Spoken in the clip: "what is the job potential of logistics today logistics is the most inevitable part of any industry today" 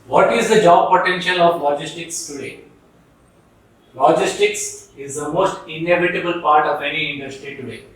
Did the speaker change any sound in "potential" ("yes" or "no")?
no